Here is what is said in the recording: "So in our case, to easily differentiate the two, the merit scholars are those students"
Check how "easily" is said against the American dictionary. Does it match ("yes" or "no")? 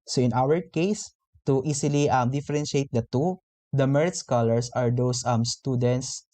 no